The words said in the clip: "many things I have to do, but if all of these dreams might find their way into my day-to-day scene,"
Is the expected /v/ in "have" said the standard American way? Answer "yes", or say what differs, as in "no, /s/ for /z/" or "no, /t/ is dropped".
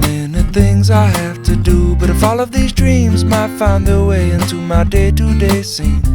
no, /f/ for /v/